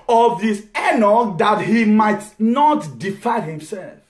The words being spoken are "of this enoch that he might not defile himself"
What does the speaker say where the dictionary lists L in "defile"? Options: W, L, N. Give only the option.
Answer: N